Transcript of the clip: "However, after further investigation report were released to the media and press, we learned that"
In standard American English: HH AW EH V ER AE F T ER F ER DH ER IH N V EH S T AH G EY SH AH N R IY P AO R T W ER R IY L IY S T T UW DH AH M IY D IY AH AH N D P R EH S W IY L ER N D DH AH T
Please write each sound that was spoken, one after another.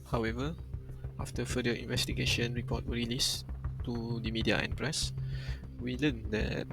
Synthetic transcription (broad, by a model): HH AW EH V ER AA F T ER F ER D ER IH N V EH S T AH G EY SH AH N R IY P AO T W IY R IY L IY S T T UW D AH M IY D IY AH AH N P R EH S W IY L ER N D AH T